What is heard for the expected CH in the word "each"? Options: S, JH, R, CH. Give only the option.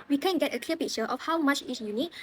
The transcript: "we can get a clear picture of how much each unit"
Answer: S